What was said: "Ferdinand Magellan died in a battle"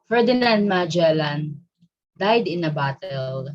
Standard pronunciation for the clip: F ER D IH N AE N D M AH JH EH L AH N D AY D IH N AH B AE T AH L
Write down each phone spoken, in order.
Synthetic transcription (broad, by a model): F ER D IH N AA N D M AH JH EH L AH N D AY D IH N AH B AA T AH L